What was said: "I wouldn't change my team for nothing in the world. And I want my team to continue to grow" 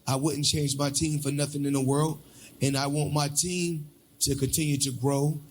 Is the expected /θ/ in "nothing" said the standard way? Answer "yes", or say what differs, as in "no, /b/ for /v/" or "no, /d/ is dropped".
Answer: yes